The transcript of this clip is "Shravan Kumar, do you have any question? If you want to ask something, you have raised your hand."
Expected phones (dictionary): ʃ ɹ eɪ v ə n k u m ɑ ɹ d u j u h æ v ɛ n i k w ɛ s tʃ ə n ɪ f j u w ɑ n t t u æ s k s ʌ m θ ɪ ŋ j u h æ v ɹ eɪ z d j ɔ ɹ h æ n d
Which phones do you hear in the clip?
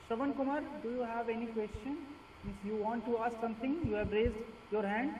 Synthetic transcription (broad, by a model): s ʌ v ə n k u m ɑ ɹ d u j u h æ v ɛ n i k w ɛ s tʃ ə n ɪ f j u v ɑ n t t u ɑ s k s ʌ m t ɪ ŋ j u h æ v ɹ eɪ z d j ɔ ɹ h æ n d